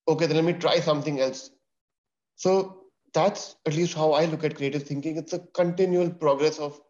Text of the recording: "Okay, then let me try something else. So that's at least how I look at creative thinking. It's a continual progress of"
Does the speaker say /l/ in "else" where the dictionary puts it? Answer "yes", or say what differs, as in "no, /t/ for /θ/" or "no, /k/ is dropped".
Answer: yes